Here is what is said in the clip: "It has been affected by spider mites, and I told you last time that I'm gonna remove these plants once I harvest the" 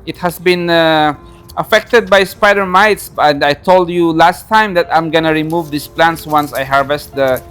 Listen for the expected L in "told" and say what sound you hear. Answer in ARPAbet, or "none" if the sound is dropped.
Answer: L